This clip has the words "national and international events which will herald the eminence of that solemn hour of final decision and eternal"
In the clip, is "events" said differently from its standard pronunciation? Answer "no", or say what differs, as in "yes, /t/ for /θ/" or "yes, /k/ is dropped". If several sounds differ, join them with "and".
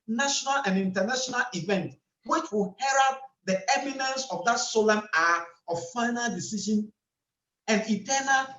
yes, /s/ is dropped